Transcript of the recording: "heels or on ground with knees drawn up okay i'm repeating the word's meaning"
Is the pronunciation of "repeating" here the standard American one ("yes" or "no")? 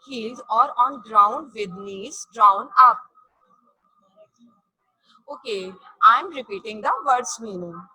yes